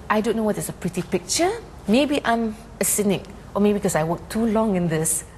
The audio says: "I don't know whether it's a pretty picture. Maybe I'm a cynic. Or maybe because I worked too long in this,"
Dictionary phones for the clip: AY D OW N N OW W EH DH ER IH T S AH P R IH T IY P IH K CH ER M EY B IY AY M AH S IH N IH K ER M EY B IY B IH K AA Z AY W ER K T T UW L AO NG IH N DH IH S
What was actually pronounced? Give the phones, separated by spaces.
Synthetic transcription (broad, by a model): AY D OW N N OW W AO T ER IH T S AH P R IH T IY P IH K CH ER M EY B IY AY M AH S IH N IH K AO M EY B IY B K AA S AY W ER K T T UW L AO NG IH N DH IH S